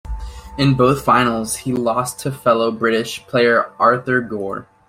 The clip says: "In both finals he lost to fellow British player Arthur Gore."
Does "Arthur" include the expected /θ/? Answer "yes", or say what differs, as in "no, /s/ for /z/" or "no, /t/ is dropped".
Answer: yes